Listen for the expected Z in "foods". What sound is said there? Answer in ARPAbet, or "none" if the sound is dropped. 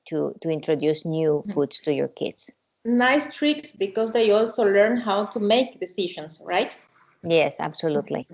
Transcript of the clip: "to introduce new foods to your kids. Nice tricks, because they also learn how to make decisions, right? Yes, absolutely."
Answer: S